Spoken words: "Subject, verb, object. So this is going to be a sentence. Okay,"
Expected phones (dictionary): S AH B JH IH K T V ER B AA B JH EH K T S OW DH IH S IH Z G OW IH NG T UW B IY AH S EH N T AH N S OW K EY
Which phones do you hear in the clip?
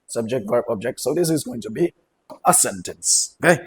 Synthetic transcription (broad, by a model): S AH B JH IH K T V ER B AA B JH EH K T S OW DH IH S IH Z G OW IH NG T UW B IY AH S EH N T AH N S OW K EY